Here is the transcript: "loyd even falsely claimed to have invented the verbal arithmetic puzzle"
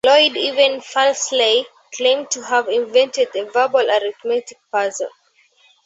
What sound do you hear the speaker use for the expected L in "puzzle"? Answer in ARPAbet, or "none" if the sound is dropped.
N